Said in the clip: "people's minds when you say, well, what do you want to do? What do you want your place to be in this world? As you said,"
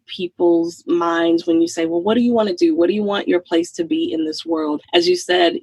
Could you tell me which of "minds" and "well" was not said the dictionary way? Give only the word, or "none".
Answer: none